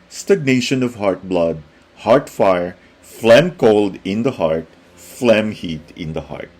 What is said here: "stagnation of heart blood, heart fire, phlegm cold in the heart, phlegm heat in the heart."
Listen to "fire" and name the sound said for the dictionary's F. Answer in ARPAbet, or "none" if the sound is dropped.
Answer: F